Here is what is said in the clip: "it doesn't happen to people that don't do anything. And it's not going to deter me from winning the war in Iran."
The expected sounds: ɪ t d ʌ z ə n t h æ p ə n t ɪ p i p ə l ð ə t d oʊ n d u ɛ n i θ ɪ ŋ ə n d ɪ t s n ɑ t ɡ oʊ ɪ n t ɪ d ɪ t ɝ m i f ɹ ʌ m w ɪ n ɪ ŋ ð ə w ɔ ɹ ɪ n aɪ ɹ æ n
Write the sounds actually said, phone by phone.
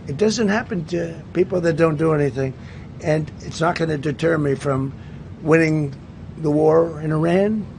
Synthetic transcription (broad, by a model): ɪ t d ʌ z ə n t h æ p ə n t ɪ p i p l ð ə t d oʊ n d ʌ ɛ n i θ ɪ ŋ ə n ɪ t s n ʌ t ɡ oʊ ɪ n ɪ d ɪ t ɝ m i f ɹ ʌ m w ɪ n ɪ ŋ ð ə w ɔ ɹ ɪ n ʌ ɹ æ n